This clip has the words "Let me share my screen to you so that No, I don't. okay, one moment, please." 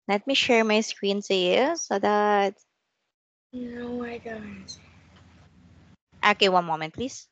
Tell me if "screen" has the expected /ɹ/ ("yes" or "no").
yes